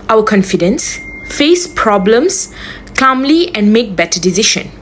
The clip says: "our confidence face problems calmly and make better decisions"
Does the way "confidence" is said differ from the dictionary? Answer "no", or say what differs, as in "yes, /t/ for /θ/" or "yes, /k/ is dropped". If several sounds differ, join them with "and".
no